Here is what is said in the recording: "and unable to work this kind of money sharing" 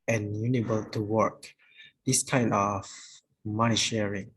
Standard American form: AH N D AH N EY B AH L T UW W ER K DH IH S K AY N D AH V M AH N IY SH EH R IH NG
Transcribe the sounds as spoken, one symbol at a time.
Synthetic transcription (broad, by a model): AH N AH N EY B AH L T UW W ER K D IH S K AY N AH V M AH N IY SH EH R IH NG